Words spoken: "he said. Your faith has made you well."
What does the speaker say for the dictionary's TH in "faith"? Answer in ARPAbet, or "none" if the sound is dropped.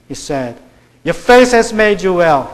S